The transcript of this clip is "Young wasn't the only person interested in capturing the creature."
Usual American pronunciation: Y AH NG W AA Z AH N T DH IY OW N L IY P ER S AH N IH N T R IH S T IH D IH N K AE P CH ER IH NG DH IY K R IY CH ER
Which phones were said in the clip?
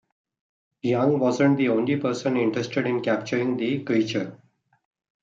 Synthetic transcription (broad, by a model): Y AH NG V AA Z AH N T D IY OW N L IY P ER S AH N IH N T R IH S T IH D IH N K AE P CH ER IH NG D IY K R IY CH ER